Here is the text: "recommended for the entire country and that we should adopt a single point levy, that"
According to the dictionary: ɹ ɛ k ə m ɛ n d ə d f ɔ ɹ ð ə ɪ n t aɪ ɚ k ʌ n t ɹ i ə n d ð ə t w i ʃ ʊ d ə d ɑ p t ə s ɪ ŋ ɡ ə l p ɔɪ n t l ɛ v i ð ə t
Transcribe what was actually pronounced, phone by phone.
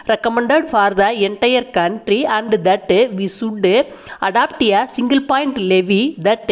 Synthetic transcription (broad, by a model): ɹ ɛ k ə m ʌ n d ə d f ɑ ɹ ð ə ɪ n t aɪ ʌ k ʌ n t ɹ i ə n d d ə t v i s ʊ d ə d ɑ p t ə s ɪ ŋ ɡ ə l p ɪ n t l ɛ v i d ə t